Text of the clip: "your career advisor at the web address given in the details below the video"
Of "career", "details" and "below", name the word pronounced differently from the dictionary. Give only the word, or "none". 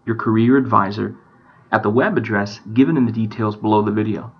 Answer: none